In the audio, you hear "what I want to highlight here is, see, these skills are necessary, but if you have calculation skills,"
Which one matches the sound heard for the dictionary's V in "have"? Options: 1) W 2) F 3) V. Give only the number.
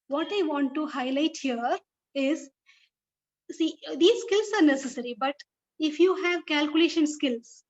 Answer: 3